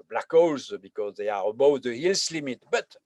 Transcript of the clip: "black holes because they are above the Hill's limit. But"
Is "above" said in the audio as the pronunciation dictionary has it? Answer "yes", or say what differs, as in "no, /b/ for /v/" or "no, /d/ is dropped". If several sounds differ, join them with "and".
no, /w/ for /v/